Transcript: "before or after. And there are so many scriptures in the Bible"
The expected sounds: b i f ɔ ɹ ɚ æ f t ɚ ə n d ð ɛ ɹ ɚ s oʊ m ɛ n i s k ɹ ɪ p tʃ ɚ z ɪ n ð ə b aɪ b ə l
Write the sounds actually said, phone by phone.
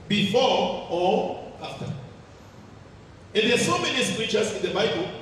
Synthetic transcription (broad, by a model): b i f ɔ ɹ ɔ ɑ f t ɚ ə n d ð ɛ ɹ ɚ s oʊ m ɛ n i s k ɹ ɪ tʃ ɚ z ɪ n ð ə b aɪ b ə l